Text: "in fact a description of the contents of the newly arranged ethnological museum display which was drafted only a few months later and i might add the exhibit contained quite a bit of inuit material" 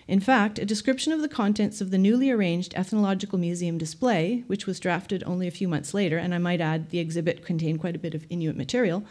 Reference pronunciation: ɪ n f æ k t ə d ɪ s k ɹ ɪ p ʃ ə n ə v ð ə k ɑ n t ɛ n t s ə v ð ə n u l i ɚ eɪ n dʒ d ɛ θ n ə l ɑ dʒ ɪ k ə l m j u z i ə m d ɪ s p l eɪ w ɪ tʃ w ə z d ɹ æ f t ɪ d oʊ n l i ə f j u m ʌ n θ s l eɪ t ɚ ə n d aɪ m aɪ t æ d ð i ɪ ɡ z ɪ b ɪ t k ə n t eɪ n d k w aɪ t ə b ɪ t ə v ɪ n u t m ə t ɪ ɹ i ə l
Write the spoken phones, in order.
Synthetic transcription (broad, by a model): ɪ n f æ k t ə d ɪ s k ɹ ɪ p ʃ ə n ə v ð ə k ɑ n t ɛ n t s ə v ð ə n u l i ɚ eɪ n dʒ d ɛ θ n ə l ɑ dʒ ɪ k l m j u z i ə m d ɪ s p l eɪ w ɪ tʃ w ə z d ɹ æ f t ɪ d oʊ n l i ə f j u m ʌ n θ s l eɪ t ɚ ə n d aɪ m aɪ t æ d ð i ɪ ɡ z ɪ b ɪ t k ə n t eɪ n k w aɪ t ə b ɪ t ə v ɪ n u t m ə t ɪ ɹ i l